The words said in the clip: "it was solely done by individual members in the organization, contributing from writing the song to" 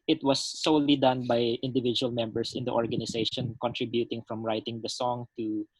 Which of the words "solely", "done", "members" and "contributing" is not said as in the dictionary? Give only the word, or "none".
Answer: members